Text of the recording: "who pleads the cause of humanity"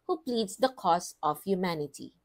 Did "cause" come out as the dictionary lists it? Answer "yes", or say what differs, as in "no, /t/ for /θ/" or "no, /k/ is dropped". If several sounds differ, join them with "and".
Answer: no, /s/ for /z/